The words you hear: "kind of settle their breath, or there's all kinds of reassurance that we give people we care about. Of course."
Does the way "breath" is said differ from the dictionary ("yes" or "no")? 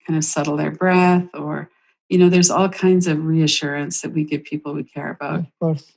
no